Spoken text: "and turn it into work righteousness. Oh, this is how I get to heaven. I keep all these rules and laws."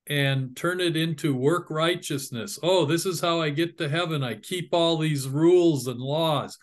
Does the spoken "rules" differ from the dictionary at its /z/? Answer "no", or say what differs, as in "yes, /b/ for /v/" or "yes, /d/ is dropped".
no